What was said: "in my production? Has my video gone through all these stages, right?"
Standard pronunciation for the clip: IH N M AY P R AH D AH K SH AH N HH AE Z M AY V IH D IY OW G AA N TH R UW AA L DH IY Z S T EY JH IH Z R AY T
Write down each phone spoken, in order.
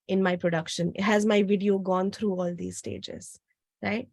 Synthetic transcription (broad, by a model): IH N M AY P R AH D AH K SH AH N HH AE Z M AY V IH D IY OW G AA N T R UW AA L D IY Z S T EY JH IH Z R AY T